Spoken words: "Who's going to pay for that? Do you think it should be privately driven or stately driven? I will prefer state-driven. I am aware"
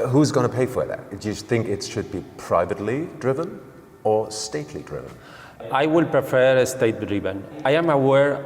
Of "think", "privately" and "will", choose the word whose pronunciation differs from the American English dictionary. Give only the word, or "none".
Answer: none